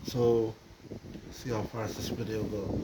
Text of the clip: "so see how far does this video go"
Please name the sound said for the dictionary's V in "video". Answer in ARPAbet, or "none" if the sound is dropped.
P